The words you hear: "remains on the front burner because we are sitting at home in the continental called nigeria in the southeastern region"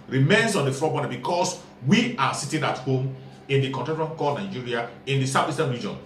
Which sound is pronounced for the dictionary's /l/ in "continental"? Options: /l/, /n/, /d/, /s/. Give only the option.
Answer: /n/